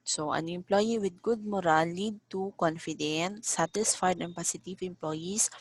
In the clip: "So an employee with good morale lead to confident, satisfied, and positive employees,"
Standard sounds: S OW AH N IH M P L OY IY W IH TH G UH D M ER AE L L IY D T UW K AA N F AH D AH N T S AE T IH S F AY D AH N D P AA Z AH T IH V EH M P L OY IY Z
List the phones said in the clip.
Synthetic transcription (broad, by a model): S OW AH N IH M P L OY IY W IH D G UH D M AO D L IY D T UW K AA N F AH D AH N T S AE T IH S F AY D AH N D P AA S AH T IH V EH M P L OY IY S